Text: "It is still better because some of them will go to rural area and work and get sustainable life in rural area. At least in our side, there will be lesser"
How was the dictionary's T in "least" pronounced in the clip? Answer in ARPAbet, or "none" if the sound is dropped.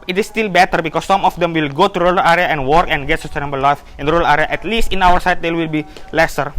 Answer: T